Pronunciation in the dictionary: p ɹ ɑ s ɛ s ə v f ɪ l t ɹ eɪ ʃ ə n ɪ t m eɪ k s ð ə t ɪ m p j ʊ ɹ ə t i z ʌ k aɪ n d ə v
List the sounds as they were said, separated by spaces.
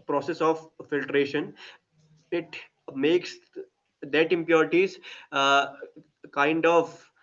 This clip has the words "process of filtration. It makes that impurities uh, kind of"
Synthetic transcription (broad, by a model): p ɹ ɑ s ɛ s ə v f ɪ l t ɹ eɪ ʃ ə n ɪ t m eɪ k s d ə t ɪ m p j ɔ ɹ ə t i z k aɪ n d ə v